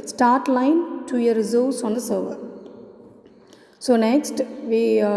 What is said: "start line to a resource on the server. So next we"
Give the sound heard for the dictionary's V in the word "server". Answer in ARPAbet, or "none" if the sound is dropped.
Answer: V